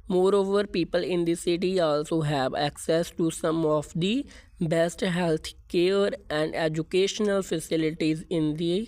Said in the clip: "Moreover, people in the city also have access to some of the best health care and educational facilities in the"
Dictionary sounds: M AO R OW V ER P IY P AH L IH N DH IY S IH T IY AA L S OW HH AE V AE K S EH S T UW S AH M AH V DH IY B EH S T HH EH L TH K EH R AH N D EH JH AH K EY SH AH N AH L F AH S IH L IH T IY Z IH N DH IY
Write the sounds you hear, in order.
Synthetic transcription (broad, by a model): M AO R OW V ER P IY P AH L IH N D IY S IH T IY AA L S OW HH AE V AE K S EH S T UW S AH M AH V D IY B EH S T HH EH L T K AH R AH N D EH JH AH K EY SH AH N AH L F AH S IH L IH T IY Z IH N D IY